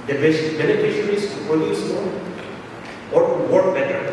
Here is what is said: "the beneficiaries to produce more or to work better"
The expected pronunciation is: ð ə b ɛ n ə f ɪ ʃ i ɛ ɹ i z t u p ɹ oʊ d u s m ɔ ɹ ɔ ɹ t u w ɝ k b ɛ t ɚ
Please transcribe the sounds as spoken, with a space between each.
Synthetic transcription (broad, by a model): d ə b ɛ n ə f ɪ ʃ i ɹ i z t u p oʊ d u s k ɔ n ɔ ɹ t u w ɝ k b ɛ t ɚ